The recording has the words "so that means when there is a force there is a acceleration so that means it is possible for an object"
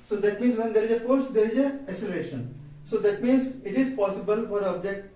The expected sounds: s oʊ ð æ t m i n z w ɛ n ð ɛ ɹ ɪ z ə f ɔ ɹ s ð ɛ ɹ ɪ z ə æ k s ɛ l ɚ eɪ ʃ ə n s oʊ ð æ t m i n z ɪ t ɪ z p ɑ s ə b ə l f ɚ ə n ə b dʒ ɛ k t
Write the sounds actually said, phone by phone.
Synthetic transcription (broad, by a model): s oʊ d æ t m i n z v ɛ n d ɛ ɹ ɪ z ə f ɔ ɹ s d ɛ ɹ ɪ z ə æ s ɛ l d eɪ ʃ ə n s oʊ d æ t m i n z ɪ t ɪ z p ɑ s ə b ə l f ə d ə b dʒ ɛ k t